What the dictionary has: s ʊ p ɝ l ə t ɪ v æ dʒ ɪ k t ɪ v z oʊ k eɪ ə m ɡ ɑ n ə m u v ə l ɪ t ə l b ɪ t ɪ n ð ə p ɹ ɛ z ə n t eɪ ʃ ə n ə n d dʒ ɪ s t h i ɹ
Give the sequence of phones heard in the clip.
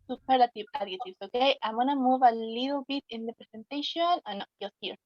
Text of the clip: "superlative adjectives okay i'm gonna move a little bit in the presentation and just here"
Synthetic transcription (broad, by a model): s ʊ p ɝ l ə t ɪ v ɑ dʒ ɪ t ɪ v s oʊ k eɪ ə m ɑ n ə m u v ə l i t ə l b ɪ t ɪ n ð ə p ɹ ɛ s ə n t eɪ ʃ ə n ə n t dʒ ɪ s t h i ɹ